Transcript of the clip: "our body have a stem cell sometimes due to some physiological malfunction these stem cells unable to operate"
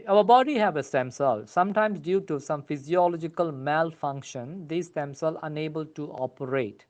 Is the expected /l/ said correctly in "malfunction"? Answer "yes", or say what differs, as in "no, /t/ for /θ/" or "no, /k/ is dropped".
yes